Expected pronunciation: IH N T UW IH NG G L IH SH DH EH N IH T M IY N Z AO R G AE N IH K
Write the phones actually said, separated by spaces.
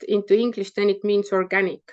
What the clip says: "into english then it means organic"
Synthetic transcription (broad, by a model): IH N T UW IH NG G L IH SH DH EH N IH T M IY N S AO R G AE N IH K